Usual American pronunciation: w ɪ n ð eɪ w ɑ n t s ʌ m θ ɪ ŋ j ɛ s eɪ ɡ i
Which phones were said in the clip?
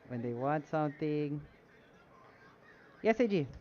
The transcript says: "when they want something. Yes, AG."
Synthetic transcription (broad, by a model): w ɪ n ð eɪ w ɑ n t s ʌ m θ ɪ ŋ j ɛ s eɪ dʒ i